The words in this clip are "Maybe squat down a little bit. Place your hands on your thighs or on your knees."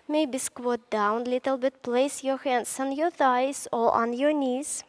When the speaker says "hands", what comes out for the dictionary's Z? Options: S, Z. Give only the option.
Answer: S